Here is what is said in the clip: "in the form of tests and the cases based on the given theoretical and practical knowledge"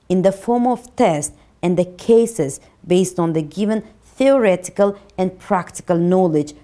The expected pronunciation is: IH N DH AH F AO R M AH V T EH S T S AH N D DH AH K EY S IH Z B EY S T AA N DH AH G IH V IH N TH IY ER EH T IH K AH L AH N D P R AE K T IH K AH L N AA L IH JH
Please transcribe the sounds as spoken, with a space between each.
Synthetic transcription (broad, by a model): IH N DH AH F AO R M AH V T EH S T AH N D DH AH K EY S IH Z B EY S T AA N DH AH G IH V IH N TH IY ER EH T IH K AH L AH N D P R AE K T IH K AH L N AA L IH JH